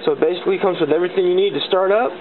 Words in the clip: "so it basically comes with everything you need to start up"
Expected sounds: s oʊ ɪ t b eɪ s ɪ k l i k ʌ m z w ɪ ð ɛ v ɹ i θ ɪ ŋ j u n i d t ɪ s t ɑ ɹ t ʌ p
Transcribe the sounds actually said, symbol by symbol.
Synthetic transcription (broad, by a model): s oʊ ɪ t b eɪ s ɪ k l i k ʌ m z w ɪ ð ɛ v ɹ i θ ɪ ŋ j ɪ n i d t ɪ s t ɑ ɹ t ʌ p